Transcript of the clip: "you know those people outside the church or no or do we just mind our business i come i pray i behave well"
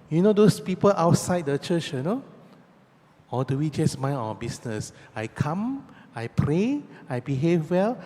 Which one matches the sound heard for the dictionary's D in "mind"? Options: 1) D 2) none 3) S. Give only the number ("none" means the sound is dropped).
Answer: 2